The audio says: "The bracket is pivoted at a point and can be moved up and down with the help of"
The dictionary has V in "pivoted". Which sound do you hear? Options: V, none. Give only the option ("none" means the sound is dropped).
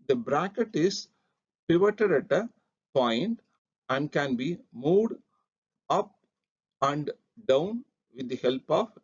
V